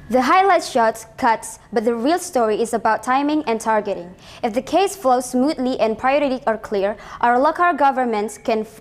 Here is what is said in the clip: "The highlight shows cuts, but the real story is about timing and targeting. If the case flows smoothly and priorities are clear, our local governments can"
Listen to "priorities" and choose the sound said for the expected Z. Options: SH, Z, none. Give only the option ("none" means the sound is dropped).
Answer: none